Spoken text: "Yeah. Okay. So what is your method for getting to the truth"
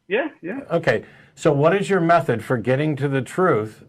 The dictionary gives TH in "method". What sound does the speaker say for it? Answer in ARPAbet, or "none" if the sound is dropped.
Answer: TH